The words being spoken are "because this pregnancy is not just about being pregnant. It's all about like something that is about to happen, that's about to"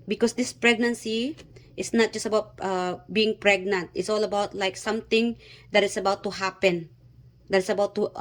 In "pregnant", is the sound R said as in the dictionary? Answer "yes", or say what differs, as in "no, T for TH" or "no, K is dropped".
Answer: yes